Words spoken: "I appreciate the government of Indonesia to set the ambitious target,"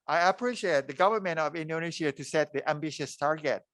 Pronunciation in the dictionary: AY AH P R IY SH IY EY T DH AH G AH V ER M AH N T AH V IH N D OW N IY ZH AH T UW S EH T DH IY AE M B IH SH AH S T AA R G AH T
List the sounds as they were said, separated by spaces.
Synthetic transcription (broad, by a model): AY AH P R IY SH IY EY T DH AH G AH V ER M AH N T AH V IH N D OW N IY SH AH T UW S EH T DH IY AE M B IH SH AH S T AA R G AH T